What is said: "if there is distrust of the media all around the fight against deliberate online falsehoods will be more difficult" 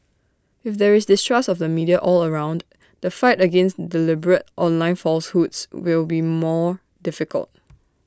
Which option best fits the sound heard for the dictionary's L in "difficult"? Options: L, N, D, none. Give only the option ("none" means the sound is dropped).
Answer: L